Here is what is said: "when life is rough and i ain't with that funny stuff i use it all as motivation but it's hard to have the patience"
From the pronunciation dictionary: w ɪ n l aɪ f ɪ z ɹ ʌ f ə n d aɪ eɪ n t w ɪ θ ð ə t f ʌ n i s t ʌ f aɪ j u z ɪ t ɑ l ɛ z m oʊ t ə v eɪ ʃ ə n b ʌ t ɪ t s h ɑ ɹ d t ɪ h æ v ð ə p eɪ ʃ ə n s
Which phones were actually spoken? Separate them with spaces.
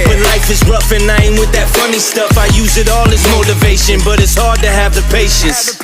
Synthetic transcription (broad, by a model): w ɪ n l aɪ f ɪ z ɹ ʌ f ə n aɪ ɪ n w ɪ ð ə t f ʌ n i s t ʌ f aɪ j u z ɪ t ɑ l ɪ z m oʊ t ə v eɪ ʃ ə n b ʌ t ɪ t s h ɑ ɹ d t ɪ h v ð ə p eɪ ʃ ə n s